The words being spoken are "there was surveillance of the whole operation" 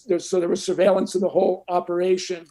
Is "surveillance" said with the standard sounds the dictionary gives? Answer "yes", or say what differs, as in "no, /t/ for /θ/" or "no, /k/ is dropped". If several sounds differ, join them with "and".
yes